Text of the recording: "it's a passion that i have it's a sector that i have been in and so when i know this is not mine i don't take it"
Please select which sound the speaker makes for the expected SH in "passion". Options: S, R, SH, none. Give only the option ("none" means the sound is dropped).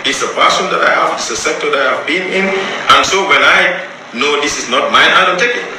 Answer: S